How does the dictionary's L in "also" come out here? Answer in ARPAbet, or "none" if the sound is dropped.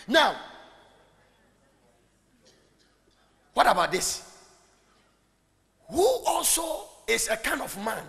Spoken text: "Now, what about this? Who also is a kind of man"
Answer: L